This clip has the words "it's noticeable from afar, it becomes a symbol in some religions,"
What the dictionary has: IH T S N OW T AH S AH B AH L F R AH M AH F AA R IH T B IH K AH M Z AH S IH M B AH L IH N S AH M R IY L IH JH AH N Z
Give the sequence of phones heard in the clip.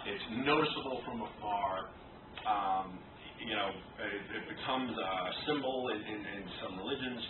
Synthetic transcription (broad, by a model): IH T S N OW T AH S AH B L F R AH M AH F AA R IH T B IH K AH M Z AH S IH M B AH N IH N S AH M R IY L IH JH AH N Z